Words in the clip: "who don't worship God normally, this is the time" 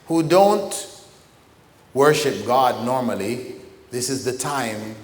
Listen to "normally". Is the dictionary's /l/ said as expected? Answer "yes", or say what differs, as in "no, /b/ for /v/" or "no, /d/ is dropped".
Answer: yes